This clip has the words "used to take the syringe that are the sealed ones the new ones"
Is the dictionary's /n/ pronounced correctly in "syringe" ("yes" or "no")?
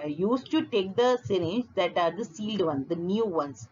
no